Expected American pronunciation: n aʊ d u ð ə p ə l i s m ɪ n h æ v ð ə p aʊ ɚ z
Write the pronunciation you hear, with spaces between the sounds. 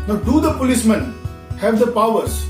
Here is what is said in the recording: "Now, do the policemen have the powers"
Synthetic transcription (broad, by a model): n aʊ d u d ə p ə l i s m ɪ n h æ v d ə p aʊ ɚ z